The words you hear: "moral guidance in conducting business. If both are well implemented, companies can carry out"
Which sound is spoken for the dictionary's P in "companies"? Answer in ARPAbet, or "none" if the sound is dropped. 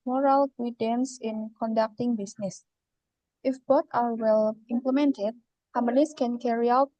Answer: none